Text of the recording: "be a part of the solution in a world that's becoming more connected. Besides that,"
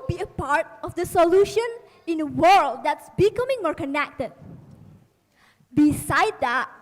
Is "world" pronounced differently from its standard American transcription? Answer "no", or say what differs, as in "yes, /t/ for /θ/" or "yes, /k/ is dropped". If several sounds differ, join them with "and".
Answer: no